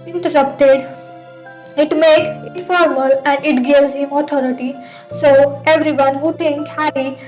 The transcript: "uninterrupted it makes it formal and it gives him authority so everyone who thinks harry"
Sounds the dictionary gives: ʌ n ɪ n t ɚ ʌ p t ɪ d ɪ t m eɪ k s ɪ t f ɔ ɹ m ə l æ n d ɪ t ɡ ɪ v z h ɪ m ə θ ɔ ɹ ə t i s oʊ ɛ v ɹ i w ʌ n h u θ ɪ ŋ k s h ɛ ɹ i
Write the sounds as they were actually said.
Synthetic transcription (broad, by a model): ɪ n t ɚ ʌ p t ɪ d ɪ t m eɪ k s ɪ t f ɔ ɹ m ə l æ n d ɪ t ɡ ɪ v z h ɪ m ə t ɔ ɹ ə t i s oʊ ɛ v ɹ i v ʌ n h u t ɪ ŋ k h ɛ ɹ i